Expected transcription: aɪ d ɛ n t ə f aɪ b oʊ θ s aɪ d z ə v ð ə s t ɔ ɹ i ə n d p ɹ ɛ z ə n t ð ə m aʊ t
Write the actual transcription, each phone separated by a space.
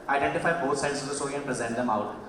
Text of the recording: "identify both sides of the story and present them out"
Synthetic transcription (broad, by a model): aɪ d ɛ n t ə f aɪ b oʊ t s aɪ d s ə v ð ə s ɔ i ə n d p ɹ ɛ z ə n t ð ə m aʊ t